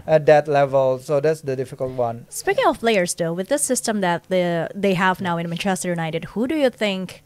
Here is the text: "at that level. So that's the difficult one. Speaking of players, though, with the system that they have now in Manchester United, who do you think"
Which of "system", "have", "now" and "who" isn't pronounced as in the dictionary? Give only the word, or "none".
none